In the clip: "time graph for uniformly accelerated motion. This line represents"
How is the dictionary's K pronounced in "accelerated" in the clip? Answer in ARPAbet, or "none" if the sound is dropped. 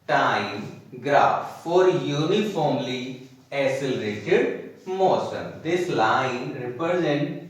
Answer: none